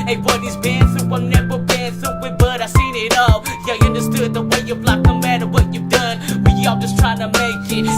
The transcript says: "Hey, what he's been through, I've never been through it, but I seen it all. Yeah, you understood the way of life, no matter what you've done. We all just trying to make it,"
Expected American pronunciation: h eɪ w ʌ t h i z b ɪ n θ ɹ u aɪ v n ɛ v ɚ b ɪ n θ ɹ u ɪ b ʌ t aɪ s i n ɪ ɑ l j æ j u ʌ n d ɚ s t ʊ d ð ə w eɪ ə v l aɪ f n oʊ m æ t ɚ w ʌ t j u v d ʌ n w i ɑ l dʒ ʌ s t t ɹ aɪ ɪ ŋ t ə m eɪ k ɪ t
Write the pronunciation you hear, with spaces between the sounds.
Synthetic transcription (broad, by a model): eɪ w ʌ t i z b ɪ n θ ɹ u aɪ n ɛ b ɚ b ɪ n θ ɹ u ɪ b ʌ t aɪ s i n ɪ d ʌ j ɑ ʌ n d ɚ s t ʊ d ð ə w eɪ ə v l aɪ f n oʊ m æ t ɚ w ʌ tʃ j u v d ʌ n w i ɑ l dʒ ʌ s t t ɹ aɪ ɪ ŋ t ə m eɪ k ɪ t